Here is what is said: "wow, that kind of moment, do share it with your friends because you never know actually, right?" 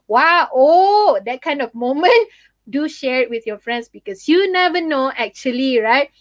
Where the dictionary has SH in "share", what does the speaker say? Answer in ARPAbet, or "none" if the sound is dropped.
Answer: SH